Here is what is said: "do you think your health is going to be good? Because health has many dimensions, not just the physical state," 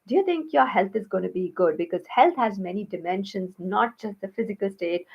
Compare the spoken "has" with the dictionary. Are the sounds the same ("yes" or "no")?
yes